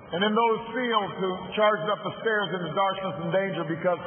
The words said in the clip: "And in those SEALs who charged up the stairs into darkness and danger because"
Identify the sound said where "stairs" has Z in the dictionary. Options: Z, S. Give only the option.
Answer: Z